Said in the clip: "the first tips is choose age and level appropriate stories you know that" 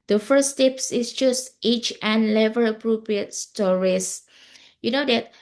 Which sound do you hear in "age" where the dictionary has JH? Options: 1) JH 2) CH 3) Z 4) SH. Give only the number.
2